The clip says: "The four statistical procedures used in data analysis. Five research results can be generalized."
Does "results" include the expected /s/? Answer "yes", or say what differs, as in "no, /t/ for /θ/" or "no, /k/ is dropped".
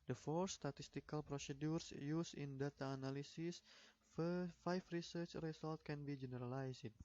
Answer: no, /s/ is dropped